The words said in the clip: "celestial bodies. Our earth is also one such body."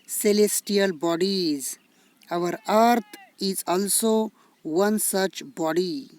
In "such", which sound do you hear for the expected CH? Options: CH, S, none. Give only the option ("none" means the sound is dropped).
CH